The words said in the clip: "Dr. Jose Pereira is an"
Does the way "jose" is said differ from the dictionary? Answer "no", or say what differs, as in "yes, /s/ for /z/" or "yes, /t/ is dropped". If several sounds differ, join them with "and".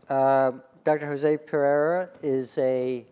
no